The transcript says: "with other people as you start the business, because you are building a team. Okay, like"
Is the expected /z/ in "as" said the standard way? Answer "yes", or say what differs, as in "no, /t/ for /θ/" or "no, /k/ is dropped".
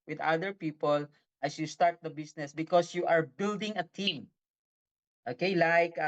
no, /s/ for /z/